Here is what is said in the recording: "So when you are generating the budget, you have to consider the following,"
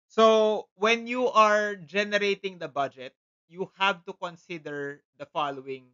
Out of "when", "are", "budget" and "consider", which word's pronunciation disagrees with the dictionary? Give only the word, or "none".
none